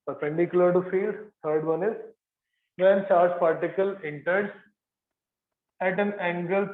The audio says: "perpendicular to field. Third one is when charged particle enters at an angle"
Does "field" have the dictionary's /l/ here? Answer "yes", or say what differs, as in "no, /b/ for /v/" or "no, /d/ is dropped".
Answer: yes